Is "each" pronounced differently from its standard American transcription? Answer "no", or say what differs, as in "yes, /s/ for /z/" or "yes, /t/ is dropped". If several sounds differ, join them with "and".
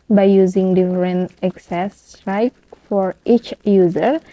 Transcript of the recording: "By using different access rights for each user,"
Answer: no